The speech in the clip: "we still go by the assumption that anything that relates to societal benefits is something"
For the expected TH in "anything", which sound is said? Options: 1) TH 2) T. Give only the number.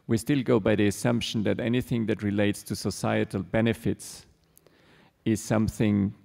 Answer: 1